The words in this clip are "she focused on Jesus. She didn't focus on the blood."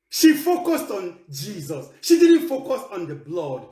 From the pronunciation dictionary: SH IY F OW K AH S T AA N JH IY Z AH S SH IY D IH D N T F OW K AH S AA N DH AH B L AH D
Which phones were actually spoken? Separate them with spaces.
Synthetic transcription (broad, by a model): SH IY F OW K AH S T AA N JH IY Z AH S SH IY D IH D N T F OW K AH S AA N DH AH B L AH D